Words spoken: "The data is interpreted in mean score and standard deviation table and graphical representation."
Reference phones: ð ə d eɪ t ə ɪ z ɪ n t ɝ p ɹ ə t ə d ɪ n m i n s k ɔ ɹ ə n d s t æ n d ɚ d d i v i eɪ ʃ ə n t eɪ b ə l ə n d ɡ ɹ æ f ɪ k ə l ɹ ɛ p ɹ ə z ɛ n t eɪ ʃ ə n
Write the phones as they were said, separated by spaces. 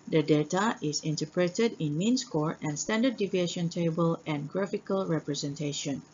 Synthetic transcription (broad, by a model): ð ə d eɪ t ə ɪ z ɪ n t ɝ p ɹ ə t ə d ɪ n m i n s k ɔ ɹ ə n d s t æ n d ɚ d d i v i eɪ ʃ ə n t eɪ b ə l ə n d ɡ ɹ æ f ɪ k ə l ɹ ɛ p ɹ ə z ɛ n t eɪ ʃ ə n